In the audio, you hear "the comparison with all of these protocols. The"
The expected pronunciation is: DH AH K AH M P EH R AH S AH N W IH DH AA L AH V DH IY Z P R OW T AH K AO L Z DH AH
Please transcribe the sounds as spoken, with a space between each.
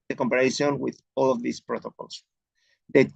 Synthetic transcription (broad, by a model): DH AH K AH M P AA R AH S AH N W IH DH AA L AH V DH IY S P R OW T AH K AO L S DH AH